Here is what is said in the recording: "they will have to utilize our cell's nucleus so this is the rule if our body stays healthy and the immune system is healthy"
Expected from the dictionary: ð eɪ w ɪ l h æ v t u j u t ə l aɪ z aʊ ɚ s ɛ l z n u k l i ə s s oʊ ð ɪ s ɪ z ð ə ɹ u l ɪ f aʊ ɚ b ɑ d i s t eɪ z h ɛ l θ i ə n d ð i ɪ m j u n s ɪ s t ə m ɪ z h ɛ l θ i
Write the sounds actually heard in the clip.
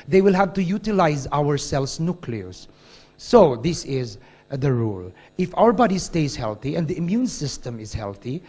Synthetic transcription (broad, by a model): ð eɪ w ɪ l h æ v t u j u t ə l aɪ z aʊ ɚ s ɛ l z n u k l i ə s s oʊ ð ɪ s ɪ z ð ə ɹ u l ɪ f aʊ ɚ b ɑ d i s t eɪ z h ɛ l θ i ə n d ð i ɪ m j u n s ɪ s t ə m ɪ z h ɛ l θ i